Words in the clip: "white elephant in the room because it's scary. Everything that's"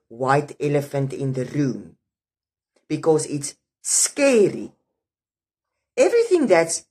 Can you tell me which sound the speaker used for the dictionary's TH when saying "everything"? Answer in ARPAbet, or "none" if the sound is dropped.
TH